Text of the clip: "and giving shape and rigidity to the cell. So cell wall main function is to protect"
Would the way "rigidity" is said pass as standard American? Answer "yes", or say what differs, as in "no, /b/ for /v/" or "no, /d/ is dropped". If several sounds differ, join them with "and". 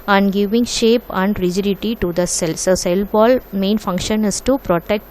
yes